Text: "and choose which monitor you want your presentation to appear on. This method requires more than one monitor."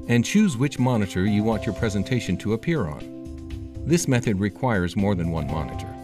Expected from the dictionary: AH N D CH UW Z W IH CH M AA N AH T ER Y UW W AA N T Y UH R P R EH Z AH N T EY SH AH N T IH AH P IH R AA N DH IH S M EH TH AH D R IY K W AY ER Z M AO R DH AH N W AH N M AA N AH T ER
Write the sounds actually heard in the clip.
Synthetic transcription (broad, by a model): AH N CH UW Z W IH CH M AA N AH T ER Y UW W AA N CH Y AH R P R EH Z AH N T EY SH AH N T IH AH P IH R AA N DH IH S M EH TH AH D R IY K W AY ER Z M AO R DH AH N W AH N M AA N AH T ER